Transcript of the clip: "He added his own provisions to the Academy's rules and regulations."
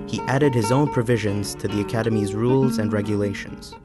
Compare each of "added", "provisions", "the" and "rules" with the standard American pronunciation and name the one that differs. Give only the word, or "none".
none